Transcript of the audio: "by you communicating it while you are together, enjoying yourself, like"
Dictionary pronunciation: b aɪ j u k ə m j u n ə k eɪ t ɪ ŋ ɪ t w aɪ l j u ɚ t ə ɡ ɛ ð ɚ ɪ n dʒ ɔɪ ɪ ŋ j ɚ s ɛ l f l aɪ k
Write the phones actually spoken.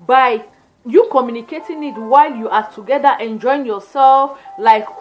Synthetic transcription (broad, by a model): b aɪ j u k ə m j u n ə k eɪ t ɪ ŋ ɪ t w aɪ l j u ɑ t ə ɡ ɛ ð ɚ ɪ n dʒ ɔɪ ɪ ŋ j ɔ s ɛ l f l aɪ k